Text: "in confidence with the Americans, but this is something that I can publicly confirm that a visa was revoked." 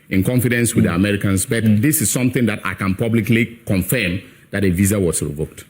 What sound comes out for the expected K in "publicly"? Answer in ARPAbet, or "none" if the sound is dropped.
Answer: K